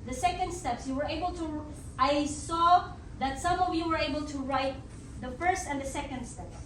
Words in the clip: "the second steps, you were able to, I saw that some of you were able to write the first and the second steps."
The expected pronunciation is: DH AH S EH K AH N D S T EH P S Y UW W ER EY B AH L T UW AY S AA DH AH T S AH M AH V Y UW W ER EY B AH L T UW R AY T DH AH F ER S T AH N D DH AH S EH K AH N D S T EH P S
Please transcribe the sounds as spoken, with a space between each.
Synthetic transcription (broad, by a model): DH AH S EH K AH N D S T EH P S Y UW W ER EY B AH L T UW AY S AA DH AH T S AH M AH V Y UW W ER EY B AH L T UW R AY T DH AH F ER S T AH N D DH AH S EH K AH N D S T EH P S